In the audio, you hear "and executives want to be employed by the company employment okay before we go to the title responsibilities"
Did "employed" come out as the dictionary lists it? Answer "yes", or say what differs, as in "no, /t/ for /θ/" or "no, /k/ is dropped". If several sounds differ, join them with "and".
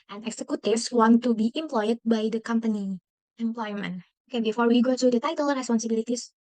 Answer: yes